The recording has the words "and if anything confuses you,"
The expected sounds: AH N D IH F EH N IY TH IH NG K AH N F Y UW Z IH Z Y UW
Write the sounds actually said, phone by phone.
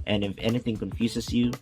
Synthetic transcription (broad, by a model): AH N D IH F EH N IY TH IH NG K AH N F Y UW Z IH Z Y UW